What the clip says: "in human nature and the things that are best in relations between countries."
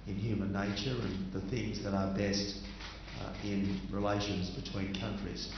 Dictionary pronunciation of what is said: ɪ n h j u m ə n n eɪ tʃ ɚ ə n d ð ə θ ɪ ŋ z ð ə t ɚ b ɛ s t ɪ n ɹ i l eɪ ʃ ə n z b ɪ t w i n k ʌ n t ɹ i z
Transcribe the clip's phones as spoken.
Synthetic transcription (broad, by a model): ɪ n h j u m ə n n eɪ tʃ ɚ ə n ð ə θ ɪ ŋ z ð ə t ɚ b ɛ s t ɪ n ɹ i l eɪ ʃ ə n z b ɪ t w i n k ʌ n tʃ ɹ i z